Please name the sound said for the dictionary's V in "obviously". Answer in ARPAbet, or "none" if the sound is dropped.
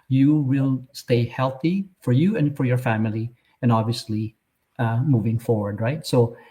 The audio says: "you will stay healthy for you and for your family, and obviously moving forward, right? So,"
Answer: V